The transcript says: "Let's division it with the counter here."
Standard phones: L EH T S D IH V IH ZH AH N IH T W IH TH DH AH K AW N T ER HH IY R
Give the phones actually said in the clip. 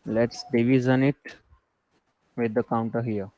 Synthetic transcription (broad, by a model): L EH T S D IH V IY Z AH N IH T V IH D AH K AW N T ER HH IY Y